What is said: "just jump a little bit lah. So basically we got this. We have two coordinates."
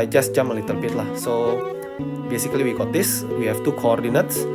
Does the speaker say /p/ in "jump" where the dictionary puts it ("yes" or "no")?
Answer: no